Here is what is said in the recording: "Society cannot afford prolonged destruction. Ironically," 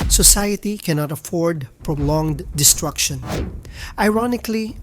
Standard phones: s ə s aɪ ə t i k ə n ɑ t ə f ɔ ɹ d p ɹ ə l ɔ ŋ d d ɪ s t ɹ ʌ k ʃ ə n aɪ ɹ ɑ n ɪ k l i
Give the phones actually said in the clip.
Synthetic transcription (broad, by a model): s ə s aɪ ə t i k ə n ɑ t ə f ɔ ɹ d p ɹ ə l ɔ ŋ d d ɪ s t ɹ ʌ k ʃ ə n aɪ ɹ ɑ n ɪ k l i